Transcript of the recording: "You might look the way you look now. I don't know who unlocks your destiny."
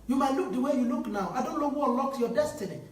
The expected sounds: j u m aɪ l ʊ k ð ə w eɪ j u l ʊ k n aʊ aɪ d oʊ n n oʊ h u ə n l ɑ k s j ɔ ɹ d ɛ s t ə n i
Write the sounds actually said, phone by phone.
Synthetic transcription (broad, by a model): j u m aɪ l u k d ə w eɪ j u l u k n aʊ aɪ d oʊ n n oʊ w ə l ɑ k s j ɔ d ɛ s t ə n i